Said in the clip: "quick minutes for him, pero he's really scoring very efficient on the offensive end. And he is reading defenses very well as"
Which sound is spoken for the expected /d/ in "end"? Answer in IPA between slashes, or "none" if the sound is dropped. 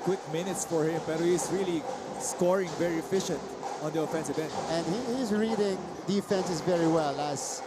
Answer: none